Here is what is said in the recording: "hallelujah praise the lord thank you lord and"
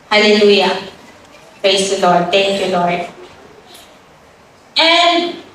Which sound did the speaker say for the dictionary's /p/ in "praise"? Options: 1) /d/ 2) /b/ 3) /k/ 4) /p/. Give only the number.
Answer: 2